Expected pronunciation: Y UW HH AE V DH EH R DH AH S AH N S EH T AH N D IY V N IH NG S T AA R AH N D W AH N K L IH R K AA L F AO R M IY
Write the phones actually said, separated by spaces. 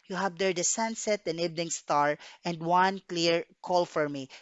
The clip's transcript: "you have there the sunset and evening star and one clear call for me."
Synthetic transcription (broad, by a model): Y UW HH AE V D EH R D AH S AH N S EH T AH N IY B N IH NG S T AA R AH N D W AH N K L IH R K AA L F AO R M IY